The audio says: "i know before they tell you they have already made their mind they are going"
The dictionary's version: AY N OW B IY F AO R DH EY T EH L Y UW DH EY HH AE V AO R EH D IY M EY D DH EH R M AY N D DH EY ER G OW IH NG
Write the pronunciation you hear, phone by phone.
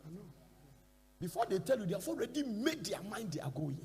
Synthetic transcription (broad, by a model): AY N OW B IY F AO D EY T EH L Y UW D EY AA F AO R EH D IY M EY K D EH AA M AY N D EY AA G OW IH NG